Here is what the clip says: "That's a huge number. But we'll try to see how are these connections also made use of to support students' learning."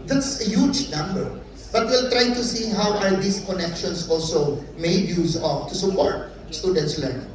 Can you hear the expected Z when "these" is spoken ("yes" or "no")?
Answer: no